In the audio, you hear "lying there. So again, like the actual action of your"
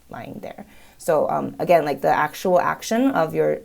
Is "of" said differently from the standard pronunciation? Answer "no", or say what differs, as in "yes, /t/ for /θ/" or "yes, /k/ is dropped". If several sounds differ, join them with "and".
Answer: no